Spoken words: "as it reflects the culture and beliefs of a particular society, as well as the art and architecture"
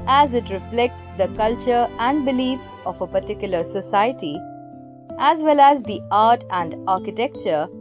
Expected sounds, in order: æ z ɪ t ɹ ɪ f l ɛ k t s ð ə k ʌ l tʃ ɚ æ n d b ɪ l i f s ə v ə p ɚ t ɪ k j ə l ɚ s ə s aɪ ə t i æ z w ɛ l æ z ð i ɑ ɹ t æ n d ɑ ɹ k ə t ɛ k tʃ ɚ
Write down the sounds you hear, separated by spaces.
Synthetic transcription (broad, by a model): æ z ɪ t ɹ ɪ f l ɛ k t s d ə k ʌ l tʃ ɚ æ n d b ɪ l i f s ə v ə p ɚ t ɪ k j ə l ɚ s ə s aɪ ə t i æ z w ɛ l æ z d i ɑ ɹ t æ n d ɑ ɹ k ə t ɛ k tʃ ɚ